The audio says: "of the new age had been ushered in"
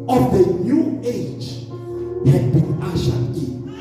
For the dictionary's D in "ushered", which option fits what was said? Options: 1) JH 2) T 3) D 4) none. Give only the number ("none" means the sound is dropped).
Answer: 4